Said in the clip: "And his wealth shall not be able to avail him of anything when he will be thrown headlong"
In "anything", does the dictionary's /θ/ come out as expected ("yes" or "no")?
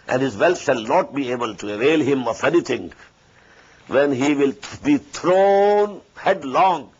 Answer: no